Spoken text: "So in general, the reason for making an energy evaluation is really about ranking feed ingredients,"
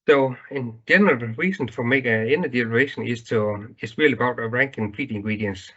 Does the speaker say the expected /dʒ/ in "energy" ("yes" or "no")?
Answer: no